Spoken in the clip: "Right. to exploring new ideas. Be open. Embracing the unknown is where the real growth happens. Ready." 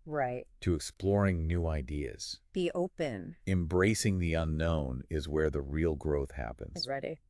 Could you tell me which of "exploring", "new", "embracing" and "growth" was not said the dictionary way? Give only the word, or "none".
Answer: none